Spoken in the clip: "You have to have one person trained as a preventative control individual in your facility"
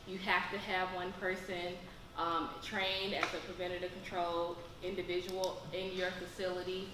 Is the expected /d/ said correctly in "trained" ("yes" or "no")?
yes